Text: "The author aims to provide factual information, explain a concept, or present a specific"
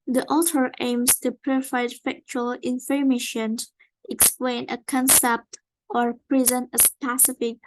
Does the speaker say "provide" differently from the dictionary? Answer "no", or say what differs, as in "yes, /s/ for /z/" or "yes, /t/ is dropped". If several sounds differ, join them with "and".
yes, /f/ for /v/